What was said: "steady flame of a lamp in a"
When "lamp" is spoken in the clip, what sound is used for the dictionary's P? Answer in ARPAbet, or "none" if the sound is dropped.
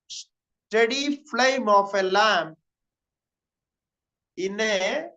none